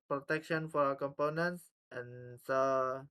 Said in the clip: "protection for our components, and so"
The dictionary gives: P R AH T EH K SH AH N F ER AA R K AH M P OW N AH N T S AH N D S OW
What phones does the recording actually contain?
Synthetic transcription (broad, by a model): P R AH T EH K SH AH N F AA R K AH M P OW N AH N T S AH N S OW